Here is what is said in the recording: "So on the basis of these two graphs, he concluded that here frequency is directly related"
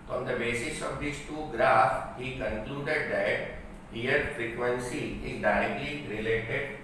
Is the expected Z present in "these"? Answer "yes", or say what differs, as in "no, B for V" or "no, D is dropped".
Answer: no, S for Z